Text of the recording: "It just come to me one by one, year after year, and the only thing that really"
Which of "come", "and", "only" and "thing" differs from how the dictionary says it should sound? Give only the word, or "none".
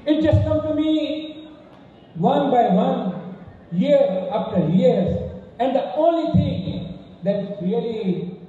thing